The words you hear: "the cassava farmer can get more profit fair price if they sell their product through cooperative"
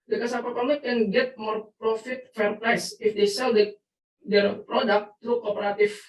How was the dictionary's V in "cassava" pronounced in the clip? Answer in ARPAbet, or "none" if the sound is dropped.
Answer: P